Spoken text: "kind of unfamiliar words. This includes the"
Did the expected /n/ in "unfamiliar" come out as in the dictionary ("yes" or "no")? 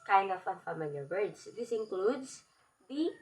no